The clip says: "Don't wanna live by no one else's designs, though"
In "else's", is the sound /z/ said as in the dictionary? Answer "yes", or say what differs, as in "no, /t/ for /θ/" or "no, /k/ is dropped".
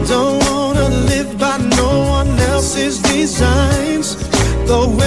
yes